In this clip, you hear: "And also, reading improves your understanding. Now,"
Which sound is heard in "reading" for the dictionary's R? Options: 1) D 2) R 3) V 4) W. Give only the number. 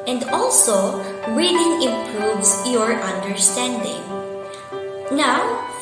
4